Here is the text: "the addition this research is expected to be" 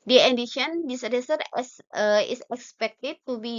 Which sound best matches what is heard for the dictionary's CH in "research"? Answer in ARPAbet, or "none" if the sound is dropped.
S